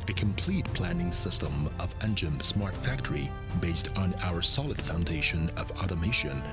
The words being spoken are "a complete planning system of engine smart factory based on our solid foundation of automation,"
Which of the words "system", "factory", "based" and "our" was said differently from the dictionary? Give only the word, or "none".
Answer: none